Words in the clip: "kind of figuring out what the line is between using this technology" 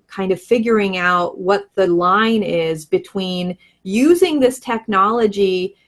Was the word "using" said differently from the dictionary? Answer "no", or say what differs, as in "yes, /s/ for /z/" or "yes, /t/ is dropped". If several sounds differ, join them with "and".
no